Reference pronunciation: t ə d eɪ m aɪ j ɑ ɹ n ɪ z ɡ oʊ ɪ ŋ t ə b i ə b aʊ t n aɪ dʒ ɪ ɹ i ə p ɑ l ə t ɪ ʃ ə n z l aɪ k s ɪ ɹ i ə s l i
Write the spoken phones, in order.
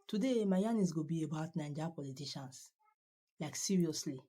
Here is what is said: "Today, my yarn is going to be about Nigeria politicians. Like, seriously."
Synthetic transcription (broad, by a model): t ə d eɪ m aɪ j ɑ n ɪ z ɡ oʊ b i ə b aʊ t n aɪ dʒ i p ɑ l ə t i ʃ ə n s l aɪ k s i ɹ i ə s l i